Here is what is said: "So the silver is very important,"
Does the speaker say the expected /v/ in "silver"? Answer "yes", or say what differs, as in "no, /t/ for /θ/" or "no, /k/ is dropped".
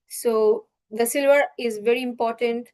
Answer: yes